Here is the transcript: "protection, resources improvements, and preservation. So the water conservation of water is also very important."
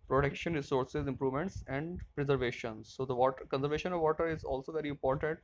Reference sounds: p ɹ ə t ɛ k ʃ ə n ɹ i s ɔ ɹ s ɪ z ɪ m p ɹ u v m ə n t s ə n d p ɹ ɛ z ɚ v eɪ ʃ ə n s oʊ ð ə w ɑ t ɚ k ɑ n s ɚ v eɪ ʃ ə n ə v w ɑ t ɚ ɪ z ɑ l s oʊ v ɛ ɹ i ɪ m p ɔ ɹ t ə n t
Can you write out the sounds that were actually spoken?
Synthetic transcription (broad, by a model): p ɹ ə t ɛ k ʃ ə n ɹ i s ɔ ɹ s ɪ z ɪ m p ɹ u v m ə n t s ə n d p ɹ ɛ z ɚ v eɪ ʃ ə n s oʊ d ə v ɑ t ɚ k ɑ n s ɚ v eɪ ʃ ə n ə v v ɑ t ɚ ɪ z ɑ l s oʊ v ɛ ɹ i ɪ m p ɔ ɹ t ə n t